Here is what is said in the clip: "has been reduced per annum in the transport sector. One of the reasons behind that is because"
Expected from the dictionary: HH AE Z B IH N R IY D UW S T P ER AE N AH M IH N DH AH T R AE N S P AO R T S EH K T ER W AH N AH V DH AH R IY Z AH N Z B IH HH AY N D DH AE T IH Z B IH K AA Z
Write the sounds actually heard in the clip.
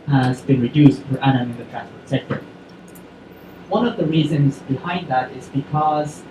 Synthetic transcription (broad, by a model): HH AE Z B IH N R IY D UW S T F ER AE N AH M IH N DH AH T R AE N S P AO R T S EH K T ER W AH N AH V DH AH R IY Z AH N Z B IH HH AY N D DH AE T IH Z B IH K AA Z